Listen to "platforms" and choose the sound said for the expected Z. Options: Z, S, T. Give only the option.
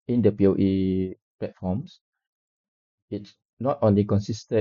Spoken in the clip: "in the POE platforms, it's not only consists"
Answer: S